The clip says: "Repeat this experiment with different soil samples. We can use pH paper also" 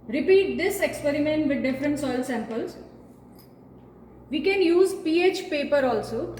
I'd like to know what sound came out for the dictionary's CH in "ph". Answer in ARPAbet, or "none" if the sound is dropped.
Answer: CH